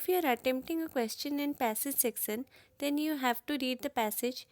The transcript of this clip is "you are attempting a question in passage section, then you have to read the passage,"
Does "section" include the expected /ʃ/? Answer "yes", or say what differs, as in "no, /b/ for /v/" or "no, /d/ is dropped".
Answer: no, /s/ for /ʃ/